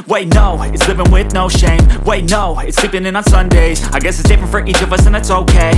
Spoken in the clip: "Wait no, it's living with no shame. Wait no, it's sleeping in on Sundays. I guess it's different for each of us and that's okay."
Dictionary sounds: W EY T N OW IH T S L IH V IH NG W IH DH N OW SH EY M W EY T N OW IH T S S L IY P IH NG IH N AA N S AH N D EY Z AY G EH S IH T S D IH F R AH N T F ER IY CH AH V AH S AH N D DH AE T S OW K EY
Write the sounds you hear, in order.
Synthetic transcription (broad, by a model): W EY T N OW IH T S L IH V IH NG W IH DH N OW SH EY M W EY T N OW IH T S S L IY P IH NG IH N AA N S AH N D EY Z AY G EH S IH T S D IH F R AH N T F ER IY CH AH V AH S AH N DH AE T S OW K EY